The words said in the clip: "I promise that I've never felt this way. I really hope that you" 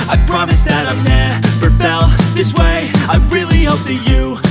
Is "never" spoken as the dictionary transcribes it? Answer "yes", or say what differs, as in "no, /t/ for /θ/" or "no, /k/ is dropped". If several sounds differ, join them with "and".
no, /p/ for /v/